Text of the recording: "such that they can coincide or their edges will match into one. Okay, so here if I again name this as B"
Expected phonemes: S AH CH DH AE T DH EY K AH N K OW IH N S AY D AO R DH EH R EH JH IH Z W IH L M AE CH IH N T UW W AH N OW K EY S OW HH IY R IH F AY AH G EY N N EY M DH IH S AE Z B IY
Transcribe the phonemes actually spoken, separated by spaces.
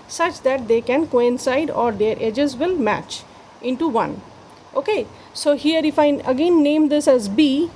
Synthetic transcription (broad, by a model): S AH CH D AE T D EY K AH N K OW IH N S AY D AO R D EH R EH JH IH Z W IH L M AE CH IH N T UW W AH N OW K EY S OW HH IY R IH F AY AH G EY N N EY M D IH S AE Z B IY